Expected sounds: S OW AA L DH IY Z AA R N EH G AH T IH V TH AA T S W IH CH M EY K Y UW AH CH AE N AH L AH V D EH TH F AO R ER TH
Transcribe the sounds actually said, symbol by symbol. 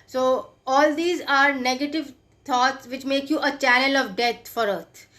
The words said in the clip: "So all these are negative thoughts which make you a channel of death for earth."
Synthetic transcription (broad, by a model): S OW AA L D IY Z AA R N EH G AH T IH V T AA T S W IH CH M EY K Y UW AH CH AE N AH L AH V D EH T F AO R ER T